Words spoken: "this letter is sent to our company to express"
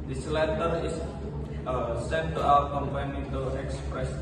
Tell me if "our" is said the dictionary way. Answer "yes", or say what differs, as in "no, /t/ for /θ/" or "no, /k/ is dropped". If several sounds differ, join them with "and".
no, /w/ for /ɹ/